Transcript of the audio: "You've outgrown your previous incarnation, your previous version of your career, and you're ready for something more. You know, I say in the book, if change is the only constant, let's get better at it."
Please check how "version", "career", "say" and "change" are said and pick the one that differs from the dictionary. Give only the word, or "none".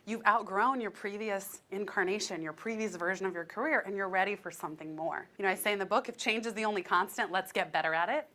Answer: none